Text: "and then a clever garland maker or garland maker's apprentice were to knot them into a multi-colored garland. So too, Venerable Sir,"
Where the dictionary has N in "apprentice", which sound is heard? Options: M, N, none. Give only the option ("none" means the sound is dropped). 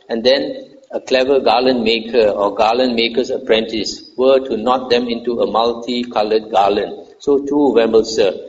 N